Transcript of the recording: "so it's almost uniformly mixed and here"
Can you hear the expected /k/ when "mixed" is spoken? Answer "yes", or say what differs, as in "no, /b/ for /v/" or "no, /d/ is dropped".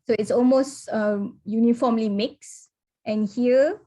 yes